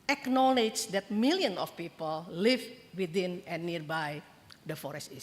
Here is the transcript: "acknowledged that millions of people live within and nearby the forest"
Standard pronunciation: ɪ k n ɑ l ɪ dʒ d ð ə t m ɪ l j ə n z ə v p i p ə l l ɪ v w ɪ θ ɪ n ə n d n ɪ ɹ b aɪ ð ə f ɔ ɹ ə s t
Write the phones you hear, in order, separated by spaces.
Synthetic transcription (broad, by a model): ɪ k n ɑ l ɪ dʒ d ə t m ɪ l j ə n ə f p i p ə l l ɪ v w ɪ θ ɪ n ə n n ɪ ɹ b aɪ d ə f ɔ ɹ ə s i